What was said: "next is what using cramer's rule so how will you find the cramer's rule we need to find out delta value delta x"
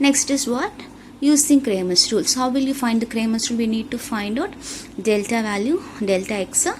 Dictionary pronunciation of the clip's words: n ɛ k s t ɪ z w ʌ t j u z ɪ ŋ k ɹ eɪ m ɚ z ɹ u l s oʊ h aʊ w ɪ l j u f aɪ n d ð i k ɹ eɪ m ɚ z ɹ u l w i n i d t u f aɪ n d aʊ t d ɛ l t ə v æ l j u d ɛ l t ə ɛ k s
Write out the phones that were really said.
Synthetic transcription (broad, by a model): n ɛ k s t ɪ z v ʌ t j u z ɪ ŋ k ɹ eɪ m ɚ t ɹ u l s h aʊ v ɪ l j u f aɪ n d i k ɹ eɪ m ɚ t ɹ u l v i n i d t u f aɪ n d aʊ t d ɛ l t ə v æ l j u d ɛ l t ə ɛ k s